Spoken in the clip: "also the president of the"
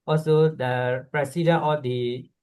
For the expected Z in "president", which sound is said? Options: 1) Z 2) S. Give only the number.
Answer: 2